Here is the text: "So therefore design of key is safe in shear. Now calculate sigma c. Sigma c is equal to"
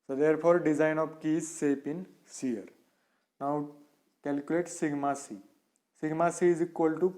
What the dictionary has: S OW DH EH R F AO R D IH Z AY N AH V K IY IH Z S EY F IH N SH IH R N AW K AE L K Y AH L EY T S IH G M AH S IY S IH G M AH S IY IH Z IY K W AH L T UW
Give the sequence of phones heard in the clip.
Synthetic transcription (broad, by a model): S OW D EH R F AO R D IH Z AY N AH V K IY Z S EY P IH N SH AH R N AW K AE L K Y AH L EY T S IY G M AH S IY S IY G M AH S IY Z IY K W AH L T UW